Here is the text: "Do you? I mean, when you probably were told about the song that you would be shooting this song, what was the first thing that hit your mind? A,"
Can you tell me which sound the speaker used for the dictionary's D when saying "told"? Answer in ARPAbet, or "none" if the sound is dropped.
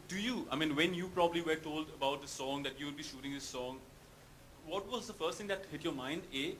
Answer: D